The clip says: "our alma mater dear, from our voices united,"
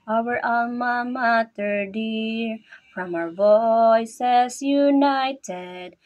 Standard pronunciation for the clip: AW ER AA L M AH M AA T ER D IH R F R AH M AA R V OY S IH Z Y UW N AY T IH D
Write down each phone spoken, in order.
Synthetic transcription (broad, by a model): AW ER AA M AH M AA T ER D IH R F R AH M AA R V OY S IH Z Y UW N AY T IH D